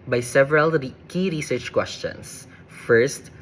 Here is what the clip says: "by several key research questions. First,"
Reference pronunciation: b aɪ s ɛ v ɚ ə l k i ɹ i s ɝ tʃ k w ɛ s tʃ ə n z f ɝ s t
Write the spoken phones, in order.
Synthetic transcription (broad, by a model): b aɪ s ɛ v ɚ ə l k i ɹ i s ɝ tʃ k w ɛ s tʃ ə n s f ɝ s t